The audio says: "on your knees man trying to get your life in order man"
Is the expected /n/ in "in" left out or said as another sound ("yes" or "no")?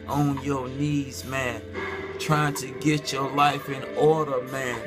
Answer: no